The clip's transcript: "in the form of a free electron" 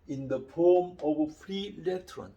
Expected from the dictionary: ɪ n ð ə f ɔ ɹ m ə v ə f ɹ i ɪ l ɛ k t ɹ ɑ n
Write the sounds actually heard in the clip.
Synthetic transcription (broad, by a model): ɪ n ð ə p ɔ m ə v ə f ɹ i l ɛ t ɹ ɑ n